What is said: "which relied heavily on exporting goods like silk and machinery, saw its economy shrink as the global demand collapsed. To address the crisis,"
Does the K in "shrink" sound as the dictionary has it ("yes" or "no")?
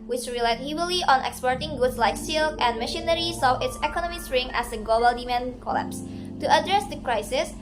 no